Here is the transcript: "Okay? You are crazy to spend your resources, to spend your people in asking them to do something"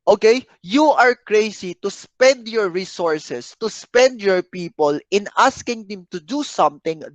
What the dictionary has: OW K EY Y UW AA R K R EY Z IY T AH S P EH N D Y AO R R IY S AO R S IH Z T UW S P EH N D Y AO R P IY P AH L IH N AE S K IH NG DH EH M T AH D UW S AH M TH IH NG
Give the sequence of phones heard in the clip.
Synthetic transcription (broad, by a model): OW K EY Y UW AA R K R EY S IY T AH S P EH N D Y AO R R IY S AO R S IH S T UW S P EH N D Y AO R P IY P AH L IH N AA S K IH NG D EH M T AH D UW S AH M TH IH NG